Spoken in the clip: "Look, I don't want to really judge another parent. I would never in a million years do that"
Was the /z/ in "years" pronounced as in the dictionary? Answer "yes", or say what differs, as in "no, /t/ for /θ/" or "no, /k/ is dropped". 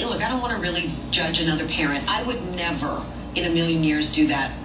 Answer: yes